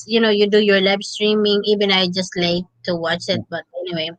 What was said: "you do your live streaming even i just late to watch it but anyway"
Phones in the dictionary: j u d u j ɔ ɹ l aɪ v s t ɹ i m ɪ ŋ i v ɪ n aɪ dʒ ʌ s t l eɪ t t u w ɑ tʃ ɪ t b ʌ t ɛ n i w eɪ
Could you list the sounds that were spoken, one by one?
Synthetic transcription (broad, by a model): j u d u j ɔ ɹ l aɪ b s t ɹ i m ɪ ŋ i v ɪ n aɪ dʒ ʌ s t l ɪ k t u w ɑ tʃ ɪ t b ʌ t ɛ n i w eɪ